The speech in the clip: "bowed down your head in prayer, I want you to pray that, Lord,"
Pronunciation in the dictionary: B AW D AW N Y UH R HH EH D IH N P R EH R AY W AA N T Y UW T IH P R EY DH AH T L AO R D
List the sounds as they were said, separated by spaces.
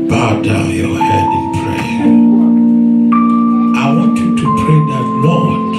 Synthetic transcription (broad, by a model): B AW D AW N Y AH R HH EH D IH N P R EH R AY W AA N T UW T IH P EY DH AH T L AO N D